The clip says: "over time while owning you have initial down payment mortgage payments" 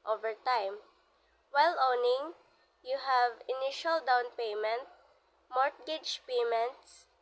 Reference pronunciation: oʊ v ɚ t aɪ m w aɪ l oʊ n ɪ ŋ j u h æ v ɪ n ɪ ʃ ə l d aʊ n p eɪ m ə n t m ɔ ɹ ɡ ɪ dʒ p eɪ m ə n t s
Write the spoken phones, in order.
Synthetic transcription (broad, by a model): oʊ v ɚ t aɪ m w aɪ l oʊ n ɪ ŋ j u h æ v ɪ n ɪ ʃ ə l d aʊ n p eɪ m ə n t m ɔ ɹ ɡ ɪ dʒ p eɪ m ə n t s